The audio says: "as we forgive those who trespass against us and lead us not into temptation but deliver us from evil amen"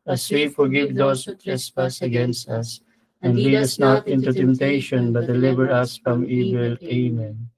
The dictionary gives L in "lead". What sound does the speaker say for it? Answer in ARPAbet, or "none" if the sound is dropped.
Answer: W